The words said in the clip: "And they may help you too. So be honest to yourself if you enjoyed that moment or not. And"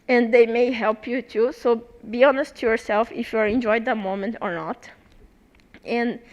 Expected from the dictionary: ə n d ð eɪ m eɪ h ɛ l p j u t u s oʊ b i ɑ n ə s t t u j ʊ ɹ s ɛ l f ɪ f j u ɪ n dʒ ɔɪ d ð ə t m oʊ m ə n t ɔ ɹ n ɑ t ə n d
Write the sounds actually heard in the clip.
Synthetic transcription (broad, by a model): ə n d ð eɪ m eɪ h ɛ l p j u t u s oʊ b i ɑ n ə s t t u j ʊ ɹ s ɛ l f ɪ f j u ɪ n dʒ ɔɪ d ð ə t m oʊ m ə n t ɔ ɹ n ɑ t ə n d